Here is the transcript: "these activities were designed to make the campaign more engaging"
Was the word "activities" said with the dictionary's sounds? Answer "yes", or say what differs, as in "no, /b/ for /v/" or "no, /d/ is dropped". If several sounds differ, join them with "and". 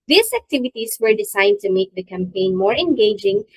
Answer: no, /s/ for /z/